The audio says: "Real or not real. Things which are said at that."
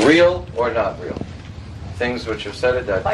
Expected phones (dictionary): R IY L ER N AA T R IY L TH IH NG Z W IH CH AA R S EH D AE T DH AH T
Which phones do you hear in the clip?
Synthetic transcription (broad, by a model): R IY L ER N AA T R IY L TH IH NG Z W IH CH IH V S EH D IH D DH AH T